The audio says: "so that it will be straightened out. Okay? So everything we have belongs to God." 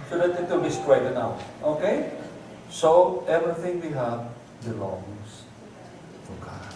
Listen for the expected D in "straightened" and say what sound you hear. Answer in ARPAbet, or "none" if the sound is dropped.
none